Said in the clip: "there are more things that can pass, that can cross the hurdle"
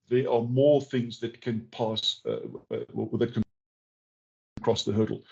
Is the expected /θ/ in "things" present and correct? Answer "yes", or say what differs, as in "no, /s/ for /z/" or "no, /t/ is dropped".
yes